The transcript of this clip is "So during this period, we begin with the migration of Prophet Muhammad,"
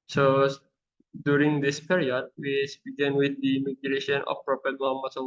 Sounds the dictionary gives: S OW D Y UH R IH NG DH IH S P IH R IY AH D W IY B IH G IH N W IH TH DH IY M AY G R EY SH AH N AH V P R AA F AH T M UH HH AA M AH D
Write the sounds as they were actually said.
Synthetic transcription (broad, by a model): S OW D Y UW R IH NG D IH S P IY R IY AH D W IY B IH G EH N W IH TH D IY M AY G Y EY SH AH N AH F P R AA P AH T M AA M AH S